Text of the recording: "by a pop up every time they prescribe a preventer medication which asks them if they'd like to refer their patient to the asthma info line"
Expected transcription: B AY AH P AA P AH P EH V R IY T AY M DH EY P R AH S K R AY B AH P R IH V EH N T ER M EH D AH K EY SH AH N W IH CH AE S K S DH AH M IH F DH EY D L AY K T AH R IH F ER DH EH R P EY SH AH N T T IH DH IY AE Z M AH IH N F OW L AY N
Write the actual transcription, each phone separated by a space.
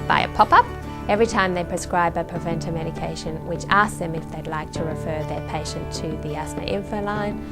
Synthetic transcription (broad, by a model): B AY AH P AA P AH P EH V R IY T AY M DH EY P R AH S K R AY B AH P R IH V EH N T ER M EH D AH K EY SH AH N W IH CH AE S S DH AH M IH F DH EY D L AY K T AH R IH F ER DH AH R P EY SH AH N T T IH DH IY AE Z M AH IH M F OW L AY N